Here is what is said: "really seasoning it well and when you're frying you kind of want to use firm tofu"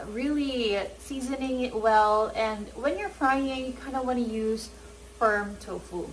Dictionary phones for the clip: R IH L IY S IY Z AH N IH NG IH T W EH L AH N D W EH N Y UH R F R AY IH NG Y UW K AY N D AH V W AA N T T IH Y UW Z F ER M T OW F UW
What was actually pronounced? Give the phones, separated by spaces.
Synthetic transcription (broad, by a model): R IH L IY S IY Z AH N IH NG IH T W EH L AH N W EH N Y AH R F R AY IH NG Y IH K AY N D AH W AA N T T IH Y UW Z F ER M T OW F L